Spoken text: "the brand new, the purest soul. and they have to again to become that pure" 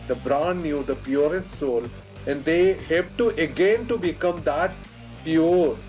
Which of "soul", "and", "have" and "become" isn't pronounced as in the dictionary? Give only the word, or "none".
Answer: have